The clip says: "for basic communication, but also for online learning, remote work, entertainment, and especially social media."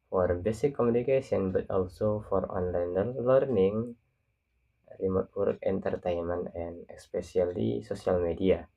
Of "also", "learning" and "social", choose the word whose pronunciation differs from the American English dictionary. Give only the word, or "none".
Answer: social